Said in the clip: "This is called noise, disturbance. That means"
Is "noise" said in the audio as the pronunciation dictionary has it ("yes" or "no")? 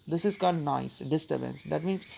no